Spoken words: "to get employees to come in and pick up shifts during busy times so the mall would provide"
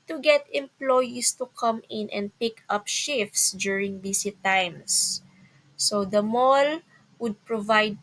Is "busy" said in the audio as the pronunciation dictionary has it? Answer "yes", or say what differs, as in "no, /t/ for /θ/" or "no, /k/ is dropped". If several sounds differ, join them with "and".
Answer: no, /s/ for /z/